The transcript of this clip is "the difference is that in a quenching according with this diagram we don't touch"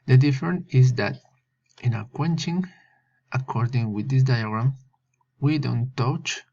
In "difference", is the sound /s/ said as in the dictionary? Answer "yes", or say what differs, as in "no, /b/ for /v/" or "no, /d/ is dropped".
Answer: no, /s/ is dropped